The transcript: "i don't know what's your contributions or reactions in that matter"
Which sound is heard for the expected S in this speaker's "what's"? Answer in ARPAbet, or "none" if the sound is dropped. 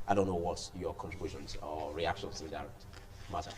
none